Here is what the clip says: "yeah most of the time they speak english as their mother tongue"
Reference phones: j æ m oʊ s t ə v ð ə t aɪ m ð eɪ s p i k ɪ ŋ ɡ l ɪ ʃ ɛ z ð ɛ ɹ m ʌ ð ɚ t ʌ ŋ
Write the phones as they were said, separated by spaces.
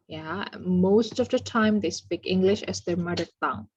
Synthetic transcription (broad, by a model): j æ m oʊ s t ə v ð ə t aɪ m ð eɪ s p i k ɪ ŋ ɡ l ɪ ʃ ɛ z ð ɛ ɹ m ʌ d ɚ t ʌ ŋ